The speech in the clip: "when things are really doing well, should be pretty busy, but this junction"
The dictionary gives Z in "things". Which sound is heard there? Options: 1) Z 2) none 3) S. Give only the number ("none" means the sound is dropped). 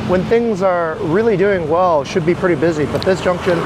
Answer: 1